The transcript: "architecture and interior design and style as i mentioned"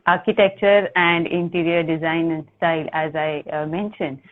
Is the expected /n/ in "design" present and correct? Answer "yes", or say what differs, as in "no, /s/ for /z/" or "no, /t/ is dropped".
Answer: no, /n/ is dropped